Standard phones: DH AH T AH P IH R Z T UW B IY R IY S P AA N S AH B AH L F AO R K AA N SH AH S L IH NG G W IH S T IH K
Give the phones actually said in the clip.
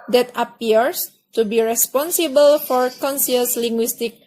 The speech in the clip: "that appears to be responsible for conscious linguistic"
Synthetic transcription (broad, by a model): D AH T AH P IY R S T UW B IY R IY S P AA N S AH B AH L F AO R K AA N S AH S L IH NG G W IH S T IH K